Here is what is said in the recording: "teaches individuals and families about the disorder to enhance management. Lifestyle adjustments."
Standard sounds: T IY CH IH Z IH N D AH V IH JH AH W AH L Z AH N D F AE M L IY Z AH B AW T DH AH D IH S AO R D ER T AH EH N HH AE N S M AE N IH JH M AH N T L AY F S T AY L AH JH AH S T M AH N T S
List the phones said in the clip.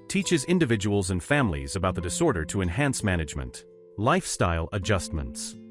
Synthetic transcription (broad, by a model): T IY CH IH Z IH N D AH V IH JH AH W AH L Z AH N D F AE M L IY Z AH B AW T DH AH D IH S AO R D ER T AH EH N HH AE N S M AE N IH JH M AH N T L AY F S T AY L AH JH AH S T M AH N T S